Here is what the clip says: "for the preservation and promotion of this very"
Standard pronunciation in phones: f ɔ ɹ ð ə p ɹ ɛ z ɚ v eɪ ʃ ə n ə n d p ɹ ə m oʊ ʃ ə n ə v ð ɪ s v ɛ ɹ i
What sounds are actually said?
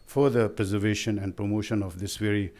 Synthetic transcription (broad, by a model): f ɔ ɹ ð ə p ɹ ɛ z ɚ v eɪ ʃ ə n ə n d p ɹ ə m oʊ ʃ ə n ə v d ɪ s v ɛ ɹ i